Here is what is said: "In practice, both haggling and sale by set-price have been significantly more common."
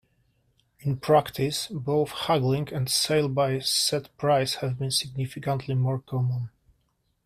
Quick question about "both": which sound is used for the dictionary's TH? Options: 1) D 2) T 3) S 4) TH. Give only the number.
4